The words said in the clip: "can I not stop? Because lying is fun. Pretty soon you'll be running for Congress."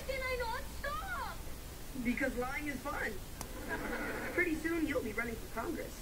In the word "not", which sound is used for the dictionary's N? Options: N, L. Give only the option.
N